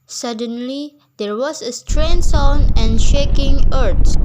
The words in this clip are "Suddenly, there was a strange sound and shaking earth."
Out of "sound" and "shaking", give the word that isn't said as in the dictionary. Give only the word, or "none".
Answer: sound